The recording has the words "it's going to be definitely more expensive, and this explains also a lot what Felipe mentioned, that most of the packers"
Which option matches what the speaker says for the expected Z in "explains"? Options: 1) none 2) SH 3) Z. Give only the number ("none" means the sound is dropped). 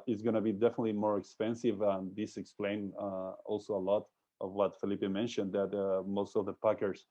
1